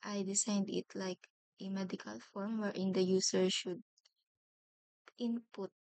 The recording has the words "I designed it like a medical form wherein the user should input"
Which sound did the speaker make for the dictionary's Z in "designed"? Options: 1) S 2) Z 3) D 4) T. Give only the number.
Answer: 1